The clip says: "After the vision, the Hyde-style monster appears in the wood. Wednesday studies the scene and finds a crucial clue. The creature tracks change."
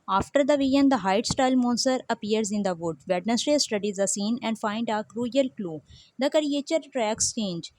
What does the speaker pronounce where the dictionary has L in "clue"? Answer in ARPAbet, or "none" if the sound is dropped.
L